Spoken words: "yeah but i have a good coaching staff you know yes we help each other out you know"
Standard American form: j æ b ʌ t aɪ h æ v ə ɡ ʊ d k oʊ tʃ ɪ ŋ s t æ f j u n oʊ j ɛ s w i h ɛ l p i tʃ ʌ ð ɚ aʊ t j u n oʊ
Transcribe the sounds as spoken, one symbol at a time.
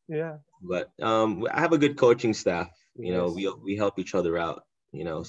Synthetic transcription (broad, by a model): j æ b ʌ t aɪ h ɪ v ə ɡ ʊ d k oʊ tʃ ɪ ŋ s t æ f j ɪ n oʊ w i w i h ɛ l p i tʃ ʌ ð ɚ aʊ t j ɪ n oʊ